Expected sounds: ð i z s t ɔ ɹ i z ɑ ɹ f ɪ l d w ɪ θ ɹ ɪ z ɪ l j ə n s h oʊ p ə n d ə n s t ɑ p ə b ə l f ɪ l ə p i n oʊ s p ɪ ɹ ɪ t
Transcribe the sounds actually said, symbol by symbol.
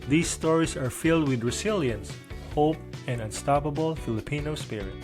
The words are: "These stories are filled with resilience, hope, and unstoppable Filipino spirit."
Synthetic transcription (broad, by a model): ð i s t ɔ ɹ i s ɑ ɹ f ɪ l d w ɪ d ɹ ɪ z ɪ l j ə n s h oʊ p ə n d ə n s t ɑ p ə b ə l f ɪ l ə p i n oʊ s p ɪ ɹ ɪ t